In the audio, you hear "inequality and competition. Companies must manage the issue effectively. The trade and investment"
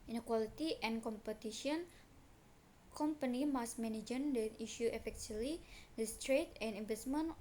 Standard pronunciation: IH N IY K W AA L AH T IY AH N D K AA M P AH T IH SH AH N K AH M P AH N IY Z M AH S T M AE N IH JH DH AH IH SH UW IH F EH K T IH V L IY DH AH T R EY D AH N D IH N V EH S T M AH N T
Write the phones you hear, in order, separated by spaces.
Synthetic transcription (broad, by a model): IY N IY K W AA L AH T IY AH N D K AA M P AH T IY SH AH N K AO M P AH N IY M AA S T M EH N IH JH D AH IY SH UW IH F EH K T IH L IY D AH T R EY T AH N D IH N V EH S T M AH N